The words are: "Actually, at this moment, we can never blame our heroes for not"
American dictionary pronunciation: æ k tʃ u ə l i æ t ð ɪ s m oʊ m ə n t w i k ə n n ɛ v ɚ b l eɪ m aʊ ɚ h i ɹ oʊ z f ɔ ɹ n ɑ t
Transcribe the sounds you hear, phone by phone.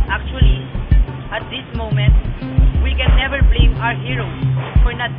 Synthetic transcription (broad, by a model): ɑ k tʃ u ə l i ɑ t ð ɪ s m oʊ m ə n t w i k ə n n ɛ v ɚ b l eɪ m aʊ ɚ h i ɹ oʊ f ɔ ɹ n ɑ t